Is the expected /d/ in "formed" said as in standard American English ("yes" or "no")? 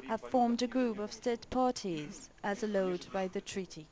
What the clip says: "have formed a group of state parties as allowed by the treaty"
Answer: yes